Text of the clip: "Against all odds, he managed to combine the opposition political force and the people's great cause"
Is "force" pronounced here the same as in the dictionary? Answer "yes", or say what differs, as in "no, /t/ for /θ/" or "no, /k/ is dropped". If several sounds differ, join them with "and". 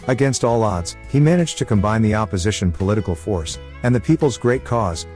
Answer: yes